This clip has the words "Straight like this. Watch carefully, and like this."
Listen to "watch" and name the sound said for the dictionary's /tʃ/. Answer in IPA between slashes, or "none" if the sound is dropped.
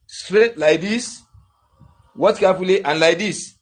/s/